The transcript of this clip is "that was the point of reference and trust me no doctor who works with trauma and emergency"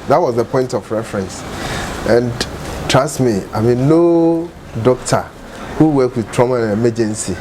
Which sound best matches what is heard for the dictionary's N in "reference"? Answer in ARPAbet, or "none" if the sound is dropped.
N